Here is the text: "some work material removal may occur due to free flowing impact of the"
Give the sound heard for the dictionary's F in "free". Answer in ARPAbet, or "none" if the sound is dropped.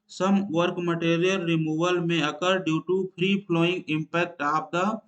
P